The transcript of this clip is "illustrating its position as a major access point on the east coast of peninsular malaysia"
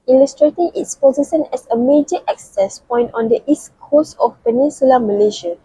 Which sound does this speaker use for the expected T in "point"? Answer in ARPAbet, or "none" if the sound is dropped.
T